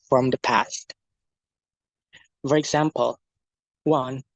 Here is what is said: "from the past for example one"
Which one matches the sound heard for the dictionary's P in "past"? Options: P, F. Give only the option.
P